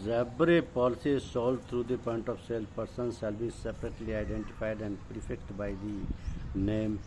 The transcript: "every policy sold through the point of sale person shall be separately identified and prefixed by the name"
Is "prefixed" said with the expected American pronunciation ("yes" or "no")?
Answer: no